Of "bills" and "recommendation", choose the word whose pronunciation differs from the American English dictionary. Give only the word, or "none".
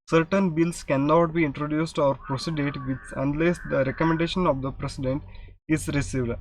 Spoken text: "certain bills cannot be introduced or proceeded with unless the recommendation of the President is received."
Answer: bills